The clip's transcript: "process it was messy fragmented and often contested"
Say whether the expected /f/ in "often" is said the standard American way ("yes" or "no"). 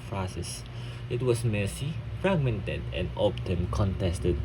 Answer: no